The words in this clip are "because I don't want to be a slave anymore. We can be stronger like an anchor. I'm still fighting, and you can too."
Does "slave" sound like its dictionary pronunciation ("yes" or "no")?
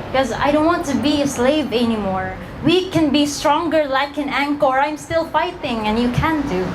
yes